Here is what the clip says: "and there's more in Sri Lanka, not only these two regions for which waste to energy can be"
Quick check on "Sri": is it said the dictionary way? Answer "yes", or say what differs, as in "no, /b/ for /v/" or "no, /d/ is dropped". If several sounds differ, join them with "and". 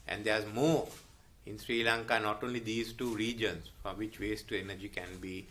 yes